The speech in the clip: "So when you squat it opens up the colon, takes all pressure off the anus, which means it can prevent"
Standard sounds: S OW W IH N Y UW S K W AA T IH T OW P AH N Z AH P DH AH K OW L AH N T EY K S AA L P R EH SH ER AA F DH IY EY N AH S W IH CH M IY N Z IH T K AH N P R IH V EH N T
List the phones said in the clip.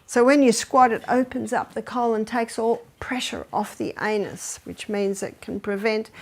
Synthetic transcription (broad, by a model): S OW W IH N Y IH S K W AA T IH T OW P AH N Z AH P DH AH K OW L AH N T EY K S AA L P R EH SH ER AA F DH IY EY N AH S W IH CH M IY N Z IH T K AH N P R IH V EH N T